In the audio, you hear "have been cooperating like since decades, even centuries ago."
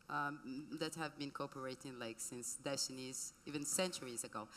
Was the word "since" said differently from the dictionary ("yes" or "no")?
no